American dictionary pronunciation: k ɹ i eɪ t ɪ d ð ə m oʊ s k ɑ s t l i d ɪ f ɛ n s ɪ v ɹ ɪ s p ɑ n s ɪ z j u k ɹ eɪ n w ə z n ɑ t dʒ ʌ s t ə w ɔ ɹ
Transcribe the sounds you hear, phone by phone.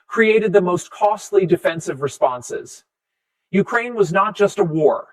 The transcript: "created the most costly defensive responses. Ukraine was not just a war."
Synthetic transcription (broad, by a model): k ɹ i eɪ t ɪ d ð ə m oʊ s k ɑ s t l i d ɪ f ɛ n s ɪ v ɹ ɪ s p ɑ n s ɪ z j u k ɹ eɪ n w ə z n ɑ t dʒ ʌ s t ə w ɔ ɹ